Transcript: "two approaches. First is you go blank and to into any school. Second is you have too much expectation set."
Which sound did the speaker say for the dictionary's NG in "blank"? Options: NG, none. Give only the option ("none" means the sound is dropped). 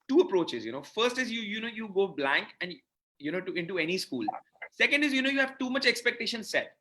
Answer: NG